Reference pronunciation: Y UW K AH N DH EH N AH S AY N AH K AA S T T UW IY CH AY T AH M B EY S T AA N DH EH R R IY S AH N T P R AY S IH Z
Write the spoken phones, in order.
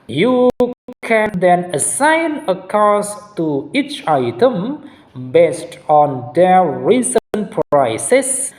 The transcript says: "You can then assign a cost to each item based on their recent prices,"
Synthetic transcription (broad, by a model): Y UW K AH N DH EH N AH S AY N AH K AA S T T UW IY CH AY T AH M B EY S T AA N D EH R R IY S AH N P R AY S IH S